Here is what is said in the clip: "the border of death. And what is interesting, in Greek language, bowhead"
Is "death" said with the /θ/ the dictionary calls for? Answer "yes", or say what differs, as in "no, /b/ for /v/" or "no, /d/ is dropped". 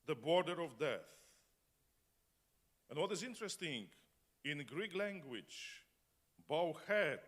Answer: yes